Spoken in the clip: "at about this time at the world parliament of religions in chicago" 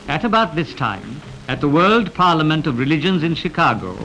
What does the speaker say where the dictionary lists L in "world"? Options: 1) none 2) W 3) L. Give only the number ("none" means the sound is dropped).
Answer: 3